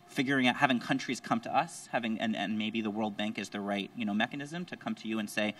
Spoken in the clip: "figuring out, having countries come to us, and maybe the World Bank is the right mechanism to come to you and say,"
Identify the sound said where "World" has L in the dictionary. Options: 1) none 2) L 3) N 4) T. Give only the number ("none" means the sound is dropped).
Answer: 2